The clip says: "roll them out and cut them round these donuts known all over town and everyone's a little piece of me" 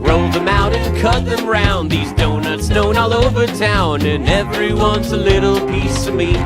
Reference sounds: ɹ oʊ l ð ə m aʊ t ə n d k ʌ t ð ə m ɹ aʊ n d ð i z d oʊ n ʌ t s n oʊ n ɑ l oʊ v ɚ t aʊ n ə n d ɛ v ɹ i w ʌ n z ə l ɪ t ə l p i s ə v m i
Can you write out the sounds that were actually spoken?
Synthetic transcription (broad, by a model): ɹ oʊ l ð ə m aʊ t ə n k ʌ t ð ə m ɹ aʊ n ð i z d oʊ n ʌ t s n oʊ n ɑ l oʊ v ɚ t aʊ n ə n ɛ v ɹ i w ʌ n z ə l ɪ t l p i s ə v m i